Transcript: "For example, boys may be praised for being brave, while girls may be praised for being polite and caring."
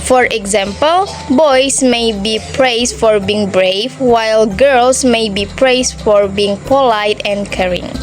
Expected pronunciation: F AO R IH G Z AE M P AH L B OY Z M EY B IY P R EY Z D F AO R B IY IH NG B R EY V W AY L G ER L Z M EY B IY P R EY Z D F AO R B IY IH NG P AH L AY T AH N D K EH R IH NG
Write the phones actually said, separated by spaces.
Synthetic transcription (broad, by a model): F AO R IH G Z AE M P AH L B OY S M EY B IY P R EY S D F AO R B IY IH NG B R EY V W AY L G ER L S M EY B IY P R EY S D F AO R B IY IH NG P AH L AY T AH N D K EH R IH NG